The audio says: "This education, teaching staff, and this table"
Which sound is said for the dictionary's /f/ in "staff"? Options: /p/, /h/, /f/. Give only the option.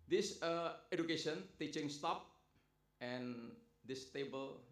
/p/